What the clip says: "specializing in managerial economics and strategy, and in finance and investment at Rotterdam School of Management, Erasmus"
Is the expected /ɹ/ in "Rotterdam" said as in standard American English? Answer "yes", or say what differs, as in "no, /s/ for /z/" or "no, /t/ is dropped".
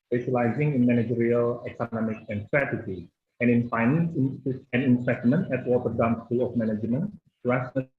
no, /w/ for /ɹ/